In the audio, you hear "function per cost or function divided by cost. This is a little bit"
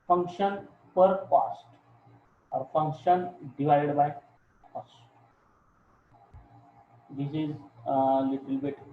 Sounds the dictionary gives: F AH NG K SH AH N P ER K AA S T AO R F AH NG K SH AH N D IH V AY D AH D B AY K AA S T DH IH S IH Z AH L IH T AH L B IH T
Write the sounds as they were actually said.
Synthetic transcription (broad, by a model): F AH NG K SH AH N P ER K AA S T AO R F AH NG K SH AH N D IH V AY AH D B AY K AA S T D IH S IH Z AH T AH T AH L B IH T